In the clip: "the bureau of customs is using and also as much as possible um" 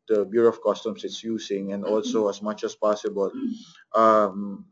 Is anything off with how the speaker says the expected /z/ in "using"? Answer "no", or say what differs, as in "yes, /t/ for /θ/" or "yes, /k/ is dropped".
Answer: yes, /s/ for /z/